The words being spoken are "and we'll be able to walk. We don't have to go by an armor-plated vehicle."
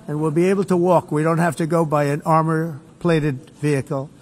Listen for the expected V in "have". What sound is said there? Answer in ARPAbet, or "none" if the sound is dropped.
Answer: F